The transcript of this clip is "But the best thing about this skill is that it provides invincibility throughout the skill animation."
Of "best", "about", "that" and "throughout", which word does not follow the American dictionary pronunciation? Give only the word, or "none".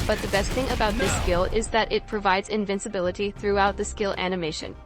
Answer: none